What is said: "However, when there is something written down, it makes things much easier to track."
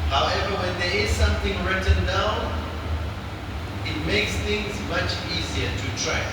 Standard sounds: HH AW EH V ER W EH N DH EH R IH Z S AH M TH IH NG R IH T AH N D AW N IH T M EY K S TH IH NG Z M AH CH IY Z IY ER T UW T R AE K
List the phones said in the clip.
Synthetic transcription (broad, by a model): HH AW EH V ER W EH N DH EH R IH Z S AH M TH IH NG R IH T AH N AW IH T M EY K S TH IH NG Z M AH CH IY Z IY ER T UW T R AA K